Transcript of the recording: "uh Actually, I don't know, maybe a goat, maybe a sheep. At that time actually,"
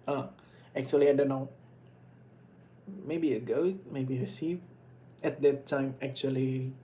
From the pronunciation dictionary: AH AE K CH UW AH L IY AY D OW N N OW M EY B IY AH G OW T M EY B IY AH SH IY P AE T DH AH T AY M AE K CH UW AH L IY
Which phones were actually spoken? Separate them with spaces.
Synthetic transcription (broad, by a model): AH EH K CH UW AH L IY AY D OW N N OW M EY B IY AH G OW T M EY B IY AH S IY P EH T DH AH T AY M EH K CH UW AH L IY